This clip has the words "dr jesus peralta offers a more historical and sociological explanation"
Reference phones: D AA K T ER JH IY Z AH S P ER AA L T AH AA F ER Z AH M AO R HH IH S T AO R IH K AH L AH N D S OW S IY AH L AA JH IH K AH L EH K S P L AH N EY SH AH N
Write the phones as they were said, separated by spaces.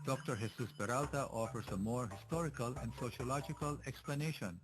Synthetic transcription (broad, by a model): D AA K T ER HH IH S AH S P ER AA L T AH AA F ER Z AH M AO R HH IH S T AO R IH K AH L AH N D S OW SH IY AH L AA JH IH K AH L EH K S P L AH N EY SH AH N